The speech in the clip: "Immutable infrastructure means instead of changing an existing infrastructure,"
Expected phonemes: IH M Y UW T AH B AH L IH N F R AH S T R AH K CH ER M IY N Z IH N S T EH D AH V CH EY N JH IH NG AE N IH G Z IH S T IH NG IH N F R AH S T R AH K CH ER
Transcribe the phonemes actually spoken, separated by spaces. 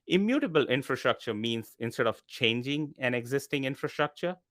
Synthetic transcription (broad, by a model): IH M Y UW T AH B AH L IH N F R AH S T R AH K CH ER M IY N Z IH N S T EH D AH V CH EY N JH IH NG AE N IH G Z IH S T IH NG IH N F R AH S T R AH K CH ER